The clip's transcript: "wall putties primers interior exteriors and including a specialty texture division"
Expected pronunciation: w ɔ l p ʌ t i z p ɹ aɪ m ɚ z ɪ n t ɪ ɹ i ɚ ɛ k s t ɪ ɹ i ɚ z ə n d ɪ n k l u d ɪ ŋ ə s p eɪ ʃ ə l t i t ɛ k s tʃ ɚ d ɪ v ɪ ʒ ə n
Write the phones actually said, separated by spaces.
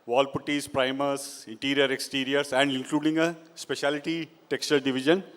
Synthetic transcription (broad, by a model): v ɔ l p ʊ t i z p ɹ aɪ m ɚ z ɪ n t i ɹ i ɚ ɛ k s t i ɹ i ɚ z ə n d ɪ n k l u d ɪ ŋ ə s p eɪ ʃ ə l t i t ɛ k s tʃ ɚ d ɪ v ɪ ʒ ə n